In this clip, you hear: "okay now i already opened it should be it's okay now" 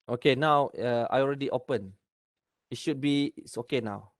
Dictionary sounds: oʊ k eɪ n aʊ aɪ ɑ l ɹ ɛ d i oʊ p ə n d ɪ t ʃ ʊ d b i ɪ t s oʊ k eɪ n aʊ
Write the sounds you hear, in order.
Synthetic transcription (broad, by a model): oʊ k eɪ n aʊ aɪ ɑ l ɹ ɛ d i oʊ p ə n ɪ t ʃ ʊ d b i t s oʊ k eɪ n aʊ